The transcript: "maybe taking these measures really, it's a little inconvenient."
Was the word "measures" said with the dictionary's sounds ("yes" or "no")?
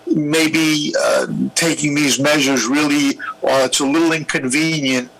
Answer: yes